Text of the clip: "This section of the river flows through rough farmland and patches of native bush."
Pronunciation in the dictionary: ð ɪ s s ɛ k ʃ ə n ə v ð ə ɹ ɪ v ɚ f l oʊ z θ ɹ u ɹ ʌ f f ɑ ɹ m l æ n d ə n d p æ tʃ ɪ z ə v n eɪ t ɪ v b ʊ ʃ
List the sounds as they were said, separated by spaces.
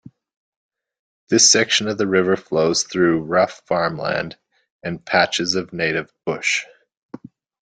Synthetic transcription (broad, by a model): ð ɪ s s ɛ k ʃ ə n ə v ð ə ɹ ɪ v ɚ f l oʊ z θ ɹ u ɹ ʌ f f ɑ ɹ m l æ n d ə n p æ tʃ ɪ z ə v n eɪ t ɪ v b ʊ ʃ